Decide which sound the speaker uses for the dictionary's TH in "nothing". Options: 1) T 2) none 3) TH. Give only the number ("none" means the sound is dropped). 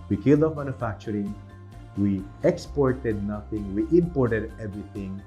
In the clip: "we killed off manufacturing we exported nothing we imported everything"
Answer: 1